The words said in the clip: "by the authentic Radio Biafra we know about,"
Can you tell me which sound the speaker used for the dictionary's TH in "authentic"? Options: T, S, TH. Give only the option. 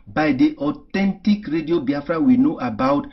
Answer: T